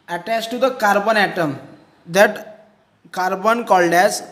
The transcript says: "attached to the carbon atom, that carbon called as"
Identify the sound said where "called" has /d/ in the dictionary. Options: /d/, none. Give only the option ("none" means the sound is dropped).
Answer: /d/